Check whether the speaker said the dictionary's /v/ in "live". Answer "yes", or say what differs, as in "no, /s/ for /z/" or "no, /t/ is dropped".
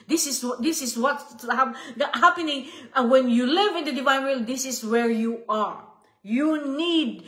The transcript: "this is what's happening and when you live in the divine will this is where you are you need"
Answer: yes